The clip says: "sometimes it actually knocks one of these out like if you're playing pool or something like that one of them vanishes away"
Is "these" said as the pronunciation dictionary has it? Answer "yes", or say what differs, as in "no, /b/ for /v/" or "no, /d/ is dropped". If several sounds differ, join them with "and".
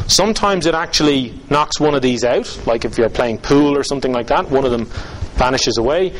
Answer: yes